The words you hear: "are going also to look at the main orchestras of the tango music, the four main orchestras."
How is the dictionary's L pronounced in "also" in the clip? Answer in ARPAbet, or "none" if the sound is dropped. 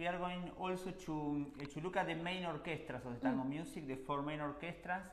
L